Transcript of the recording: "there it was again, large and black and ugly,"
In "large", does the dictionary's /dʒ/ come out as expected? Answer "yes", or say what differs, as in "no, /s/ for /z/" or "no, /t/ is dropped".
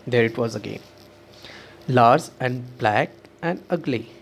no, /z/ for /dʒ/